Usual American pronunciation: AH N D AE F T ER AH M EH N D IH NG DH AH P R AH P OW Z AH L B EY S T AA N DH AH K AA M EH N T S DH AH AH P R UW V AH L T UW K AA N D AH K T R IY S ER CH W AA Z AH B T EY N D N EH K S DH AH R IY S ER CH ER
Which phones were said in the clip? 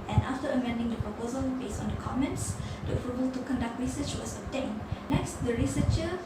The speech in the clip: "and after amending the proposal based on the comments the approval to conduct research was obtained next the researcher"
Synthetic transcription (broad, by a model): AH N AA F T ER AH M EH N D IH NG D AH P R AH P OW Z AH L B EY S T AA N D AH K AA M EH N T S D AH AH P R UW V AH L T UW K AA N D AH K T R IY S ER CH W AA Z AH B T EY N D N EH K S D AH R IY S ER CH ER